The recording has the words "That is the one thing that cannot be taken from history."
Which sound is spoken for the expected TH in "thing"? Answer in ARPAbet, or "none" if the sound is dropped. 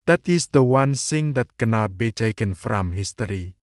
S